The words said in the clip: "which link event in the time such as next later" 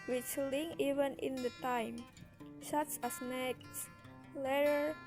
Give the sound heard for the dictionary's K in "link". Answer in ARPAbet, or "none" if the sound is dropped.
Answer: none